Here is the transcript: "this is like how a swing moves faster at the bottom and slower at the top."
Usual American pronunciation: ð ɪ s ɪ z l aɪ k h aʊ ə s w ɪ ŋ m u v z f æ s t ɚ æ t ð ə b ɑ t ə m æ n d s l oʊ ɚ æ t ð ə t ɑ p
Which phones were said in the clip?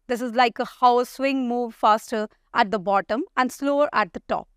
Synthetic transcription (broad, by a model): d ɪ s ɪ z l aɪ k h aʊ ə s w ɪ ŋ m u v f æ s t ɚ æ t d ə b ɑ t ə m æ n d s l oʊ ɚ æ t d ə t ɑ p